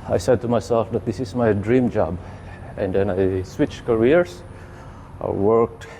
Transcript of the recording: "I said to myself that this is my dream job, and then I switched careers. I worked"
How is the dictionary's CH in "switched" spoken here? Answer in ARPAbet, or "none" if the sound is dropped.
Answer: CH